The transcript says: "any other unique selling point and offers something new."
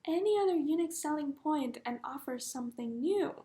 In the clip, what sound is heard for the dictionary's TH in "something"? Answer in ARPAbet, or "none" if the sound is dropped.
TH